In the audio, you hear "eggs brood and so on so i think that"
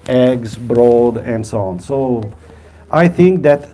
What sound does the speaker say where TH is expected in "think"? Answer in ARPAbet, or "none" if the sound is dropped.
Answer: TH